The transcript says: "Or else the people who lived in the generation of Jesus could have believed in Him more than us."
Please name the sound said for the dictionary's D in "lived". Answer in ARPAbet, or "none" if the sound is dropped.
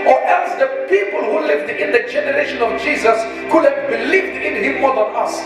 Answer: D